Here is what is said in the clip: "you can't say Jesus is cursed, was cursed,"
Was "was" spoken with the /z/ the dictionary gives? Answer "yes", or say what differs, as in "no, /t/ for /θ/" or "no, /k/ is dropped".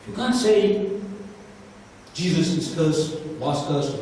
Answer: no, /s/ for /z/